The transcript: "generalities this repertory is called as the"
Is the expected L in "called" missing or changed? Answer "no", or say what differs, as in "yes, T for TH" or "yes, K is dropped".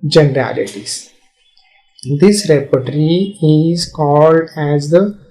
no